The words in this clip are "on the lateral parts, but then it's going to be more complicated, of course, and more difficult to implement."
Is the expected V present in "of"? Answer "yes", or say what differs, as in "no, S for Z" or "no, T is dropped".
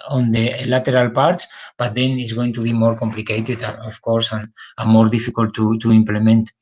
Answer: no, F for V